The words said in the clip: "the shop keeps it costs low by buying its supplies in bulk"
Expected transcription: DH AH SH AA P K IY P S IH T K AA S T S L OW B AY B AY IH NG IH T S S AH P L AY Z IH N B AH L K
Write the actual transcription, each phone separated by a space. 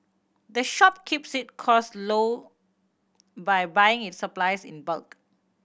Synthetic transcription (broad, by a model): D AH SH AA P K IY P S IH T K AA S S L OW B AY B AY IH NG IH T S S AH P L AY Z IH N B AH L K